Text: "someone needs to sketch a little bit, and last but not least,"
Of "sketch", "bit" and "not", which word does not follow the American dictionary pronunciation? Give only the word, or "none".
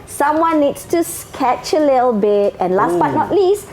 none